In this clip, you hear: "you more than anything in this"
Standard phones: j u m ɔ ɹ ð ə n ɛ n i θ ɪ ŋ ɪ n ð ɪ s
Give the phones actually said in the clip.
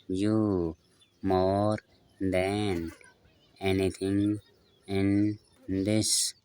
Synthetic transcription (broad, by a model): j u m ɔ ɹ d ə n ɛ n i t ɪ ŋ ɪ n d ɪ s